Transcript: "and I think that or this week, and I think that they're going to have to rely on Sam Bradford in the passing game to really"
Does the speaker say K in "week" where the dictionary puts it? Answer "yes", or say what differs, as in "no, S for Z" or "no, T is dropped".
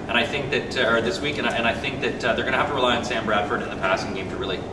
yes